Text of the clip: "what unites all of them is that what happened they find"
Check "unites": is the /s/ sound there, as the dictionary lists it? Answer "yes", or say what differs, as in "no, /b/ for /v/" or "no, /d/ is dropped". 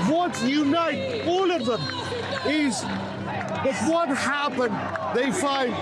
no, /s/ is dropped